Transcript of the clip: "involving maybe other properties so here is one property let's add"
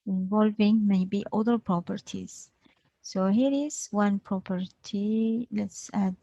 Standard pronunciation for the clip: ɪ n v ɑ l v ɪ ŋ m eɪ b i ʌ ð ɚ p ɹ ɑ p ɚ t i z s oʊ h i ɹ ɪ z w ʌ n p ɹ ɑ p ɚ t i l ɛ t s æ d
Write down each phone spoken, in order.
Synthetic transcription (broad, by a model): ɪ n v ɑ l v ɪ ŋ m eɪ b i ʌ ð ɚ p ɹ ɑ p ɚ t i z s oʊ h i ɹ ɪ z w ʌ n p ɹ ɑ p ɚ t i l ɛ t s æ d